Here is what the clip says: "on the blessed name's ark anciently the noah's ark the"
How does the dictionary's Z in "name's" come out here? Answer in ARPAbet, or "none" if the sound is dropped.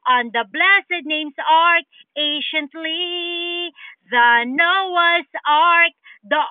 S